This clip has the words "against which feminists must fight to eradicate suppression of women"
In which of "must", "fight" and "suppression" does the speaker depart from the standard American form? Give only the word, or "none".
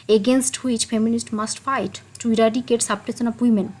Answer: suppression